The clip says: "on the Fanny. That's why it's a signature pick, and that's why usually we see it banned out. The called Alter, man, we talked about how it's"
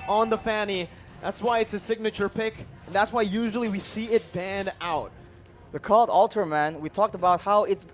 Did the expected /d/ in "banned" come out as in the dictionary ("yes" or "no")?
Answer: yes